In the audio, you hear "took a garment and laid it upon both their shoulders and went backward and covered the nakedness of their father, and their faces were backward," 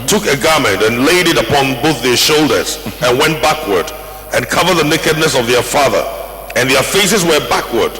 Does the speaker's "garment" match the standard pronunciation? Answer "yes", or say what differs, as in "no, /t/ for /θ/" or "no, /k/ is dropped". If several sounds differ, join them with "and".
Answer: yes